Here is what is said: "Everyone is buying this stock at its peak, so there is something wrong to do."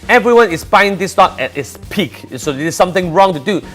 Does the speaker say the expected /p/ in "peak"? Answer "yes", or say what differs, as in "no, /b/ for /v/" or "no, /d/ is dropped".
yes